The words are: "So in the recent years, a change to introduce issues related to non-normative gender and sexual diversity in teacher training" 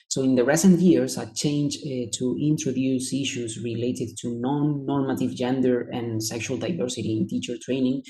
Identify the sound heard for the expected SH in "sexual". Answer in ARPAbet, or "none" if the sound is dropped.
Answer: SH